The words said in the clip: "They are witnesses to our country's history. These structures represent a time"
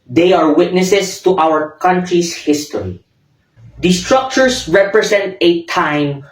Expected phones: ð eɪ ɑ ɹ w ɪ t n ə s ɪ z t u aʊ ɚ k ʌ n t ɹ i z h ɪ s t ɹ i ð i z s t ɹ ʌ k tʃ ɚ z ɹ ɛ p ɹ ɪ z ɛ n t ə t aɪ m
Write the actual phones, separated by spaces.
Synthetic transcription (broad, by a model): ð eɪ ɑ ɹ w ɪ t n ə s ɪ s t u aʊ ɚ k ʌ n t ɹ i s h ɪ s t ɹ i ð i s t ɹ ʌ k tʃ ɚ s ɹ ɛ p ɹ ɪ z ɛ n t ə t aɪ m